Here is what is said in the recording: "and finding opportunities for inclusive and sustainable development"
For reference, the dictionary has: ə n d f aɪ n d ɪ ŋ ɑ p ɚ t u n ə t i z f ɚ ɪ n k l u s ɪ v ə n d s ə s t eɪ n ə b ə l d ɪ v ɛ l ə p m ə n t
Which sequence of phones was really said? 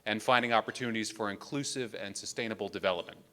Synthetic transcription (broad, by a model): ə n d f aɪ n d ɪ ŋ ɑ p ɚ t u n ə t i z f ɚ ɪ n k l u s ɪ v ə n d s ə s t eɪ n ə b l d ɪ v ɛ l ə p m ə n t